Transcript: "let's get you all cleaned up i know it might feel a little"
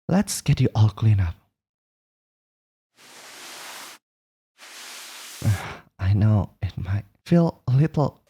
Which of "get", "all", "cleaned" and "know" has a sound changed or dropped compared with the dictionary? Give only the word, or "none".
cleaned